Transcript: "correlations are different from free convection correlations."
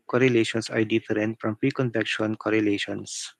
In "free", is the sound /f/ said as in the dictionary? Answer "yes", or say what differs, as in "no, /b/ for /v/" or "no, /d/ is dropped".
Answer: no, /p/ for /f/